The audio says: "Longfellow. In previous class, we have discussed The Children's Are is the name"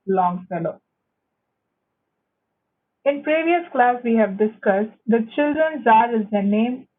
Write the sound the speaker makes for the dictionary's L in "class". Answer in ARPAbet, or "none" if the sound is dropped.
L